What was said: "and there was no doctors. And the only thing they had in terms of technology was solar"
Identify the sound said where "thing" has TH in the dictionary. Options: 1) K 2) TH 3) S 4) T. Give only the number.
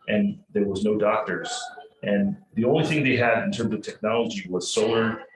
2